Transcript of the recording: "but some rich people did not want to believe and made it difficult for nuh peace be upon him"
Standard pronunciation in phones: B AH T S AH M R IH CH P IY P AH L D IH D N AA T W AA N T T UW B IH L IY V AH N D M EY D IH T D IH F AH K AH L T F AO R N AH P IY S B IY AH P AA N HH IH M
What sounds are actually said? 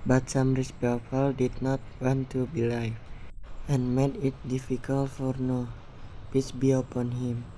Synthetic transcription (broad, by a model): B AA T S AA M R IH S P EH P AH L D IH D N AA T W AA N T T UW B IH L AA F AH N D M EY D IH T D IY F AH K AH L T F AO R N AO P IY S B IY AH P AA N HH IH M